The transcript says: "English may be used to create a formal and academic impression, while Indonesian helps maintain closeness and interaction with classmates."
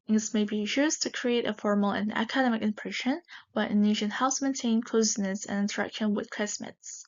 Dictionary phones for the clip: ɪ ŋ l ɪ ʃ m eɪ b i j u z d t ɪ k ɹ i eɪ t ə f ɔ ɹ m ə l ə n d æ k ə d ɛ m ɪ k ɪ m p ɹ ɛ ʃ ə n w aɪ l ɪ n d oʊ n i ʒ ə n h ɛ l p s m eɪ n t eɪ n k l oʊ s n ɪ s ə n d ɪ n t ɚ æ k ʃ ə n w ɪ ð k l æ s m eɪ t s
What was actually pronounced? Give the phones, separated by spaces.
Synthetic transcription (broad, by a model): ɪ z m eɪ b i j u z t ɪ k ɹ i eɪ t ə f ɔ ɹ m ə l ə n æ k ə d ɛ m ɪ k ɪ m p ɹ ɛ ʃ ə n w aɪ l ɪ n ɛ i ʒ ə n h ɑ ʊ s m eɪ n t eɪ n k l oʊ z n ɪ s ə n ɪ n t ɚ æ k ʃ ə n w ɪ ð k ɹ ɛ s m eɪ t s